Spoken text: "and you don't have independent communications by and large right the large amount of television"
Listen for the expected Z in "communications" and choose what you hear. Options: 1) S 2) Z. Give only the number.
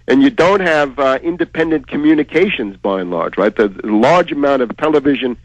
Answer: 2